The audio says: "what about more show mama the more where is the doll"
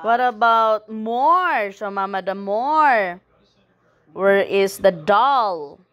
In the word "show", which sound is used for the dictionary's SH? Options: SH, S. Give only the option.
S